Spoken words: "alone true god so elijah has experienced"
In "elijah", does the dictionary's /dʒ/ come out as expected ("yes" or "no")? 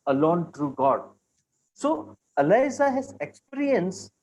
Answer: no